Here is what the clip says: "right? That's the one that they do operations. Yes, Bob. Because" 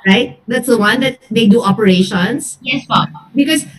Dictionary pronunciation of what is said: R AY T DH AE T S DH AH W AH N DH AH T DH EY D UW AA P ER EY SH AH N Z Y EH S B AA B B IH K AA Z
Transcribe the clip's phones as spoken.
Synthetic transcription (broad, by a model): R AY T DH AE T S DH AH W AH N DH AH T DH EY D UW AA P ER EY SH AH N S Y EH S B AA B B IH K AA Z